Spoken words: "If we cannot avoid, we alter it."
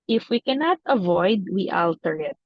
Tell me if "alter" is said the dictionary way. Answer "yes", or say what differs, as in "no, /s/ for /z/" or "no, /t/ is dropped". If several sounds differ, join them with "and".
yes